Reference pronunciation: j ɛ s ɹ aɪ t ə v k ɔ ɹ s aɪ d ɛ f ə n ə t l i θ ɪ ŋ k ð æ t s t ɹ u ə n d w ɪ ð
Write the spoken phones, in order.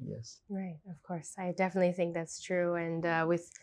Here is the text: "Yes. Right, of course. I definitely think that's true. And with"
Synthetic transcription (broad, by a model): j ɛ s ɹ aɪ t ə v k ɔ ɹ s aɪ d ɛ f ə n ə t l i θ ɪ ŋ k ð æ t s t ɹ u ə n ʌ w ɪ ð